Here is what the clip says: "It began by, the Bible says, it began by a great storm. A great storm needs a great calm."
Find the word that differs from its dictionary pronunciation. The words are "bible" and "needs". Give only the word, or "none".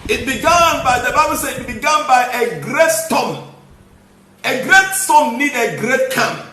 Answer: needs